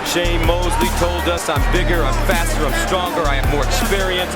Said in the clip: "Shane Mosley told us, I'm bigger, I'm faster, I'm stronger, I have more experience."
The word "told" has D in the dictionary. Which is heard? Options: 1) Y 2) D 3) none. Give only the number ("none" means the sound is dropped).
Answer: 2